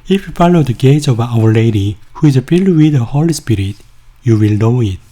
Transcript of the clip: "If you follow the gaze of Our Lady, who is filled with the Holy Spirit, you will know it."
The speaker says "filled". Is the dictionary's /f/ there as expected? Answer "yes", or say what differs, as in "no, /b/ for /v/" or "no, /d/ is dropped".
no, /p/ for /f/